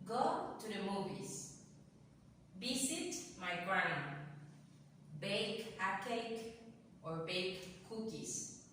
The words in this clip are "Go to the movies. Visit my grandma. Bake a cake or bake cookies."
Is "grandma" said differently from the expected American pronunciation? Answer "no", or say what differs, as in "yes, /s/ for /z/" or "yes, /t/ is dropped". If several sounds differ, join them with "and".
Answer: yes, /m/ is dropped